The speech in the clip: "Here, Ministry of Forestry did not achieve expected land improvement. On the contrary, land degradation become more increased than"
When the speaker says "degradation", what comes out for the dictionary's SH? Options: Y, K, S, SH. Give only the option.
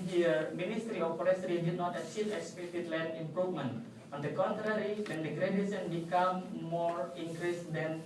S